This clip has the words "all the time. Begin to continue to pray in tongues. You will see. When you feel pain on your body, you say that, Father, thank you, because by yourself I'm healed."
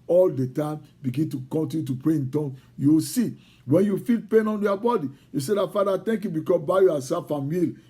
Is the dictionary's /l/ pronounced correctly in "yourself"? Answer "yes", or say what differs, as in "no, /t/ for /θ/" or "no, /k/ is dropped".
no, /l/ is dropped